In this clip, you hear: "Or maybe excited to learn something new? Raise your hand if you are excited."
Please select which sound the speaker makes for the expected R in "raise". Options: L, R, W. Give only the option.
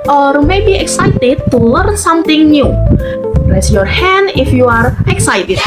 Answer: L